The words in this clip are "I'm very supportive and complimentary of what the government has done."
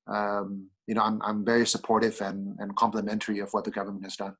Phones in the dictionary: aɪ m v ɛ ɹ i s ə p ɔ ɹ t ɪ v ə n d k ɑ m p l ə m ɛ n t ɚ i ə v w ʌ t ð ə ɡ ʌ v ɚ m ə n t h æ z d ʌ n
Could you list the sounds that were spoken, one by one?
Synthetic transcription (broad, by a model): aɪ m v ɛ ɹ i s ə p ɔ ɹ t ɪ v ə n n k ɑ m p l ə m ɛ n t ɚ i ə v w ʌ t ð ə ɡ ʌ v ɚ m ə n t h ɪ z d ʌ n